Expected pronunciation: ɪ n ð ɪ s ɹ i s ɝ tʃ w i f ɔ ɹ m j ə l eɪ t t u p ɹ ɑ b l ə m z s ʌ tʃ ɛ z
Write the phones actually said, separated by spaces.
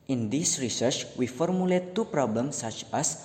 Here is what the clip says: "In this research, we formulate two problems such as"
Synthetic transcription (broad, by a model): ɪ n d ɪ s ɹ i s ɝ tʃ w i f ɔ ɹ m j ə l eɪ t t u p ɹ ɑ b l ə m s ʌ tʃ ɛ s